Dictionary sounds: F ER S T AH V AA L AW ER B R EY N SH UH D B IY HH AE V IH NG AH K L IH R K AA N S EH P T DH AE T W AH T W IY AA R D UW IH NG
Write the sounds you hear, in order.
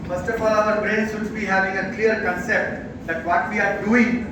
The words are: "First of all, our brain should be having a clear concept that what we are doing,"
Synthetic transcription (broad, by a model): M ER S T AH F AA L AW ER B R EY N S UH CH B IY HH AE V IH NG AH K L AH R K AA N S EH P T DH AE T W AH T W IY AA R D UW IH NG